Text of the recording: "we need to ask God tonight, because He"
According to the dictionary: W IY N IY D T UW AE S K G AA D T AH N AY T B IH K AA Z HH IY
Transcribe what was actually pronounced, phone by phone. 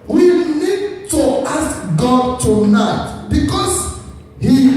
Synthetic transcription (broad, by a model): W IY N IY D T UW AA S K G AA D T AH N AY T B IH K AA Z HH IY